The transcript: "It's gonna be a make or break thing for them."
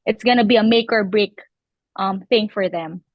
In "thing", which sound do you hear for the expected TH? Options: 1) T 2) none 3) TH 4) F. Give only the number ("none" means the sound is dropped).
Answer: 3